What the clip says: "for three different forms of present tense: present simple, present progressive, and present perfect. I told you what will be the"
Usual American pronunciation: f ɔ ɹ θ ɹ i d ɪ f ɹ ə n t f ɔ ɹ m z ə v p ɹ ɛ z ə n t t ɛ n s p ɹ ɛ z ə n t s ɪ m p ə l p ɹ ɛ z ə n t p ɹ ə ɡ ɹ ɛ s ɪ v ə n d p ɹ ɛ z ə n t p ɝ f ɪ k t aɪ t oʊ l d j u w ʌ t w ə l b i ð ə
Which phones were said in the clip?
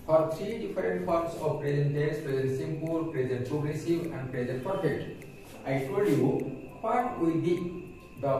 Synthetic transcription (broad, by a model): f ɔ ɹ t ɹ i d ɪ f ɹ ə n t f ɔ ɹ m s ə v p ɹ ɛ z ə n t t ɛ s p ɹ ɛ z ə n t s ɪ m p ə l p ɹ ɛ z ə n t p ɹ ə ɡ ɹ ɛ s ɪ v ə n d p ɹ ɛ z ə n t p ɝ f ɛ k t aɪ t oʊ l d j u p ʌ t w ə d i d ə